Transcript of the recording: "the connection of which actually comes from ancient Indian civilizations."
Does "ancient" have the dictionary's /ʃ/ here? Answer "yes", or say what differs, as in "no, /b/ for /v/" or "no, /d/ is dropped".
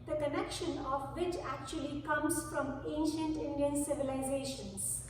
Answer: yes